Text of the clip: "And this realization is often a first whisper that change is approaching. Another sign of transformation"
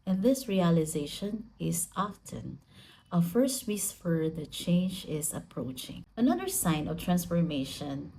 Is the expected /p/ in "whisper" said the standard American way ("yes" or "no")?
no